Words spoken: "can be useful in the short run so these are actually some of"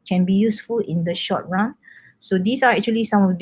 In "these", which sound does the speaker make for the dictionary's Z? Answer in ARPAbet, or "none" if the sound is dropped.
S